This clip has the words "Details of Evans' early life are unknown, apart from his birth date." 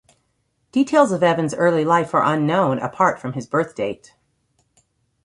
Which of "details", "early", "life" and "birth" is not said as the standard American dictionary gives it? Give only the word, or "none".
none